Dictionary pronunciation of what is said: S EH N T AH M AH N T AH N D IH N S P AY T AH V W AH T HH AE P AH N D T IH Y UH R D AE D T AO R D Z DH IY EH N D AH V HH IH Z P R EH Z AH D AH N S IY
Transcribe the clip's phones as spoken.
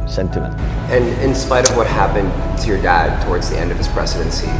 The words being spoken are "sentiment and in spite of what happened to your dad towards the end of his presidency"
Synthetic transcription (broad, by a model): S EH N T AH M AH N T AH N IH N S P AY T AH V W AH T HH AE P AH N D T IH Y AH R D AE D T AO R D Z DH IY EH N D AH V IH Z P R EH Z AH D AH N S IY